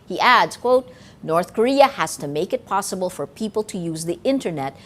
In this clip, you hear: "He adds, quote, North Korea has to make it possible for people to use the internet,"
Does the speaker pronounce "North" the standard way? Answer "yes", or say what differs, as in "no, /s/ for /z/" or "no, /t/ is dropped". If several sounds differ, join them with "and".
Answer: yes